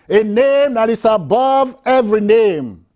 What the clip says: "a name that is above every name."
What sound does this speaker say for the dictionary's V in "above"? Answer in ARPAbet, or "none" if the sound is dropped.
V